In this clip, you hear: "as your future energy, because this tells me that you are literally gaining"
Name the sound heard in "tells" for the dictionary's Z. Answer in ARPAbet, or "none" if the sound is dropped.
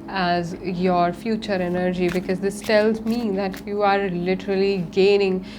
Z